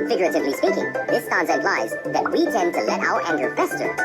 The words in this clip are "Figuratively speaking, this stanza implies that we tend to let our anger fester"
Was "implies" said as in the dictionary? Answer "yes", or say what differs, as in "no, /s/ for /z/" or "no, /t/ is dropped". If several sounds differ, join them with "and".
no, /m/ is dropped